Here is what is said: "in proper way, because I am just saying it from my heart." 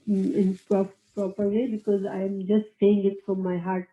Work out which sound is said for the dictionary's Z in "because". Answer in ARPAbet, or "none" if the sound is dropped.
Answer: Z